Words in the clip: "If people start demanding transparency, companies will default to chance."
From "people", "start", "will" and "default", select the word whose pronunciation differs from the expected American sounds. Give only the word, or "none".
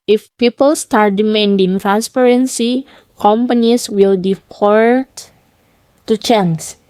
default